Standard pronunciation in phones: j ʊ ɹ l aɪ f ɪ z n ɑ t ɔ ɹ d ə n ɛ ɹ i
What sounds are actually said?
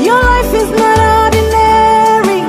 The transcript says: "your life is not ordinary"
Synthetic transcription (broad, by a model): j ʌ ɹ l aɪ f ɪ z n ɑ t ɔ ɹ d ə n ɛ ɹ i